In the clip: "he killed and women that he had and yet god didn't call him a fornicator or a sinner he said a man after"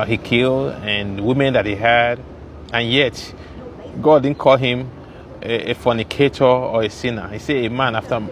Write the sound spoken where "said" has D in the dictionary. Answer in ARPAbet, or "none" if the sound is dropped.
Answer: none